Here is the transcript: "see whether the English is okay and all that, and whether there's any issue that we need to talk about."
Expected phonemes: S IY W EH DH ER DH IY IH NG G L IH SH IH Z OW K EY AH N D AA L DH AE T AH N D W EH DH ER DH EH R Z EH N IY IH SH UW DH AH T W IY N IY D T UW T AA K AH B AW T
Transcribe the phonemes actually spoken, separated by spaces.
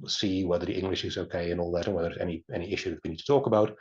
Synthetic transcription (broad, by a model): S IY W EH DH ER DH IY IH NG G L IH SH IH Z OW K EY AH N AA L DH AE T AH N W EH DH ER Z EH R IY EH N IY IH SH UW DH AH T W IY N IY D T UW T AA K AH B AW T